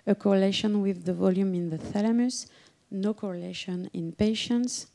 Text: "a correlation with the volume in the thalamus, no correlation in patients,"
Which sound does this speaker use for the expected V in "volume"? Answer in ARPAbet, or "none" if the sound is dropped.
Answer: V